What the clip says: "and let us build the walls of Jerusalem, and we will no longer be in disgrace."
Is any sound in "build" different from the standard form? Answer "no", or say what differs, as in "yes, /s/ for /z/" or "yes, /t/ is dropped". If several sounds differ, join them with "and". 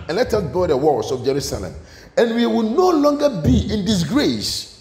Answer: yes, /l/ is dropped